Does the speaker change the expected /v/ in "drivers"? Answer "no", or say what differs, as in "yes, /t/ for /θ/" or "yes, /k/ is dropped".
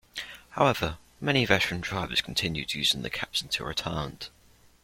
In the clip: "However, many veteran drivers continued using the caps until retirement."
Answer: yes, /b/ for /v/